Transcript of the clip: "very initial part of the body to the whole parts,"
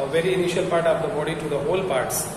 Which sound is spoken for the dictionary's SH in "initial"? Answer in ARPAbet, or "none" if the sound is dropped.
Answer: SH